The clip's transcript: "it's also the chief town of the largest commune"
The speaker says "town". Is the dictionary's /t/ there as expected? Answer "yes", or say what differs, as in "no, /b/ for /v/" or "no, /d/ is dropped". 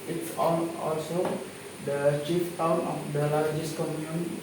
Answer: yes